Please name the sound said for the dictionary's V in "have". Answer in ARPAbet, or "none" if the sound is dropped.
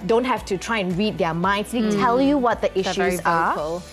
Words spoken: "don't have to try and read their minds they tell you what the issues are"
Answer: F